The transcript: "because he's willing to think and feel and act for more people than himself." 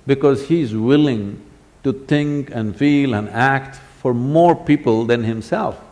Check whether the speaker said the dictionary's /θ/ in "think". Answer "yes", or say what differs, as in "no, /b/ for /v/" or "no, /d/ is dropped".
no, /t/ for /θ/